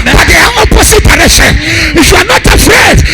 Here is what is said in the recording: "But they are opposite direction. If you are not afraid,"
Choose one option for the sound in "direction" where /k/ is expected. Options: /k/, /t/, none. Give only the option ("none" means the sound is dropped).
none